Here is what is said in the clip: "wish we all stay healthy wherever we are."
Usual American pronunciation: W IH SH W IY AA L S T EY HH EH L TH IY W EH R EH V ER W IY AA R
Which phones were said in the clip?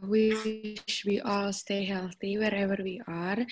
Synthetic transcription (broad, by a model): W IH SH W IY AA L S T EY HH EH L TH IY W EH R EH V ER W IY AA R